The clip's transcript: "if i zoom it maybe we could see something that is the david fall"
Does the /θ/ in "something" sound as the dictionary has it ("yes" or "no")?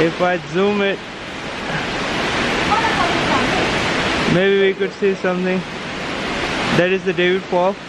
no